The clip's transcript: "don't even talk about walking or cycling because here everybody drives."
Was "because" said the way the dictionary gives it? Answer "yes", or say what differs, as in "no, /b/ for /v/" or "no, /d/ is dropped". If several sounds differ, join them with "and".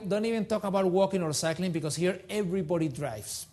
no, /s/ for /z/